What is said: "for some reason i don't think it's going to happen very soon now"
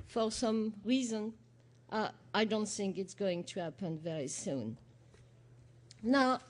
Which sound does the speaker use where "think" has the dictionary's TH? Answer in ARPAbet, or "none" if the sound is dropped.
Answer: TH